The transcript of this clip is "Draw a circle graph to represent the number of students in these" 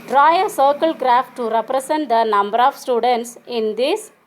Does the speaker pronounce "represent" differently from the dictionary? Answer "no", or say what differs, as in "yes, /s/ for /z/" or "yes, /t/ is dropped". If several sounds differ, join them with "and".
yes, /s/ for /z/